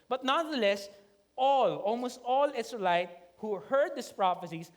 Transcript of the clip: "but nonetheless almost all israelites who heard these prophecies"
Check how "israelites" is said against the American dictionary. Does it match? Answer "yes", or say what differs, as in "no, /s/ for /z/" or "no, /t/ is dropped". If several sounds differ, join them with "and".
no, /s/ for /z/ and /s/ is dropped